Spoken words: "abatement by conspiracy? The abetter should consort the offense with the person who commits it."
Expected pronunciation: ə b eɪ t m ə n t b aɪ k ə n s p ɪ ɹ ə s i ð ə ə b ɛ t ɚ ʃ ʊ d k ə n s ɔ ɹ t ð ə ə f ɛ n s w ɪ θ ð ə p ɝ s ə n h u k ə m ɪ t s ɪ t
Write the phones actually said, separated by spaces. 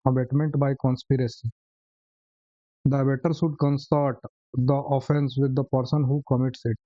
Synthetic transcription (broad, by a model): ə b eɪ t m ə n t b aɪ k ə n s p ɪ ɹ ə s i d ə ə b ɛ t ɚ s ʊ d k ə n s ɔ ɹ t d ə ə f ɛ n s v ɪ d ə p ɝ s ə n h u k ə m ɪ t s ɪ t